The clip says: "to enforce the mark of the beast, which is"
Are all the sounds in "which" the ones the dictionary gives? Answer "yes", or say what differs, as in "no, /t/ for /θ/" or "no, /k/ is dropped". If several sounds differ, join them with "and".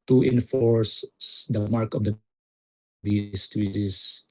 no, /s/ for /tʃ/